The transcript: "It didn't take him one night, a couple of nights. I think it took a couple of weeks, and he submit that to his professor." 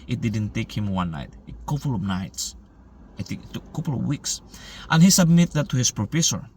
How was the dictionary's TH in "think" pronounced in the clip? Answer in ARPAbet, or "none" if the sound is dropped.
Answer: T